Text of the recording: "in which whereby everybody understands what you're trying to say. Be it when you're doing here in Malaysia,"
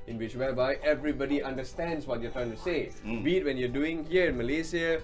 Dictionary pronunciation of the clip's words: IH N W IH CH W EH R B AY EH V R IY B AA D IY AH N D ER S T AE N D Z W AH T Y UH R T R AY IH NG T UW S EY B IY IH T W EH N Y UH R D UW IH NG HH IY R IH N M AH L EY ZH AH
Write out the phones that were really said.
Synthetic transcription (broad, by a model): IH N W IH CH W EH L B AY EH V R IY B AA D IY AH N D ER S T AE N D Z W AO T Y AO T R AY IH NG T UW S EY B IY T W EH N Y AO D UW IH NG HH IY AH IH N M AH L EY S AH